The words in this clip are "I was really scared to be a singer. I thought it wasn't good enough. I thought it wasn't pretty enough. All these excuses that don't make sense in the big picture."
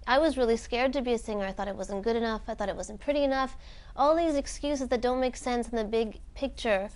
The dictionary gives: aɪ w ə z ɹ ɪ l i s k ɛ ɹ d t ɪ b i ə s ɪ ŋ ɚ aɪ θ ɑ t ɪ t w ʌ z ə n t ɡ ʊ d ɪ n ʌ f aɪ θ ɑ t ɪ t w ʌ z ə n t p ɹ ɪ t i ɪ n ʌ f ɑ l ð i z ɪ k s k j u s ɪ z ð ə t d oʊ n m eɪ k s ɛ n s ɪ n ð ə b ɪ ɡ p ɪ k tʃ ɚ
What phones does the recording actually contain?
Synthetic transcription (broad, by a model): aɪ w ə z ɹ ɪ l i s k ɛ ɹ d t ɪ b i ə s ɪ ŋ ɚ aɪ θ ɑ t ɪ t w ʌ z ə n ɡ ʊ d ɪ n ʌ f aɪ θ ɑ t ɪ t w ʌ z n p ɹ ɪ t i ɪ n ʌ f ɑ l ð i z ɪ k s k j u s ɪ z ð ə t d oʊ n m eɪ k s ɛ n s n ð ə b ɪ ɡ p ɪ k tʃ ɚ